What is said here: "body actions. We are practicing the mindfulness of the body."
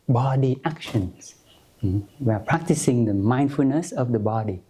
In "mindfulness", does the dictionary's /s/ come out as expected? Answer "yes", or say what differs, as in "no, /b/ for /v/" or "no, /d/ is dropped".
yes